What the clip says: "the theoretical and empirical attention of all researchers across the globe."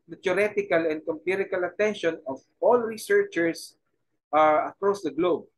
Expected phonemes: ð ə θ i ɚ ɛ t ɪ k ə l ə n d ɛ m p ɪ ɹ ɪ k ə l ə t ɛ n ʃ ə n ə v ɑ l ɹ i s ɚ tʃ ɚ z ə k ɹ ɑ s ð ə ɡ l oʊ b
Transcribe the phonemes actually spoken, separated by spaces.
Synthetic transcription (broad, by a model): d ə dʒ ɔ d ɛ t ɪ k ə l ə n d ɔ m p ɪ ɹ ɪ k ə l ə t ɛ n ʃ ə n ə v ɑ l ɹ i s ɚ tʃ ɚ s ə k ɹ ɑ s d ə ɡ l oʊ b